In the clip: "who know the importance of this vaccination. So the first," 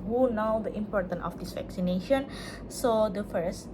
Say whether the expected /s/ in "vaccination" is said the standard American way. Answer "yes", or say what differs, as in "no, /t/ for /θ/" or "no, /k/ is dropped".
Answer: yes